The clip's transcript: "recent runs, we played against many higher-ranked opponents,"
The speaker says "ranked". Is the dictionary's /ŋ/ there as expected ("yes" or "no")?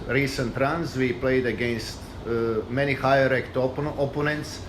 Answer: no